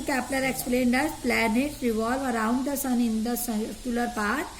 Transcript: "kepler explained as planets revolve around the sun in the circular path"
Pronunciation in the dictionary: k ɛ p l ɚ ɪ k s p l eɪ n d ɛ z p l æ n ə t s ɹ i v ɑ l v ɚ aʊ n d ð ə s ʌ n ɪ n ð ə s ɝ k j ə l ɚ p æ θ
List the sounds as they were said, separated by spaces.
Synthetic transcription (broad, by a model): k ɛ p l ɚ ɪ k s p l eɪ n d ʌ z p l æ n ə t ɹ i v ɑ l v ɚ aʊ n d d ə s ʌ n ɪ n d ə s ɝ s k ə l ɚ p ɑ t